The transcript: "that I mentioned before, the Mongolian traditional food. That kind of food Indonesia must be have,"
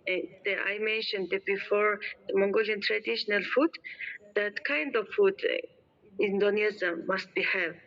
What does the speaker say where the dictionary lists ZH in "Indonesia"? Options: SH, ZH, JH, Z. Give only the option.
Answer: Z